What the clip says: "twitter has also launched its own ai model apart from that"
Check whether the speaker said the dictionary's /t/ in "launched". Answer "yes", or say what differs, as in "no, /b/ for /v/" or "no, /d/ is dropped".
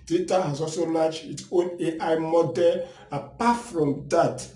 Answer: no, /t/ is dropped